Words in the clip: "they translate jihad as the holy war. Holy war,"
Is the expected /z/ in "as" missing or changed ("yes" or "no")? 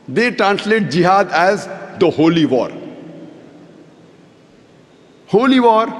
no